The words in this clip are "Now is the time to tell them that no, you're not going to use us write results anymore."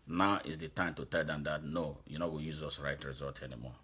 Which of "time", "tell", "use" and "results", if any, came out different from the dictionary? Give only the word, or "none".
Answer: results